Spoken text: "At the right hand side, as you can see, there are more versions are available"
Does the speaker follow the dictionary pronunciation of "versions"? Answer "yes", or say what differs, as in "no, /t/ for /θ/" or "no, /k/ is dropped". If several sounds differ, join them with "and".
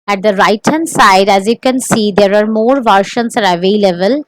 no, /ʃ/ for /ʒ/